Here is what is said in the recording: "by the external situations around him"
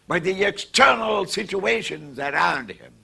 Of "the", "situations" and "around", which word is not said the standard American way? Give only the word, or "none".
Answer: none